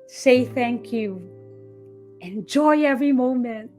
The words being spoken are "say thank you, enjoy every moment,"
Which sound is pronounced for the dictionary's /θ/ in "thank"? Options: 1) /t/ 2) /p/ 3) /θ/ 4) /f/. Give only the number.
3